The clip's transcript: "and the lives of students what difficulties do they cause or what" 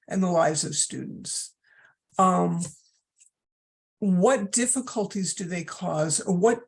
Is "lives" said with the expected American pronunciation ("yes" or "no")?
yes